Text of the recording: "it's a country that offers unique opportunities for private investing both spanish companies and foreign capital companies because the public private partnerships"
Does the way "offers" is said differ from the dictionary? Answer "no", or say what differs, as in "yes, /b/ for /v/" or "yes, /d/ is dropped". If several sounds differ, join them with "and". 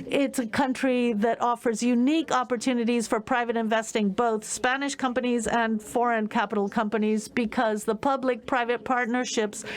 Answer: no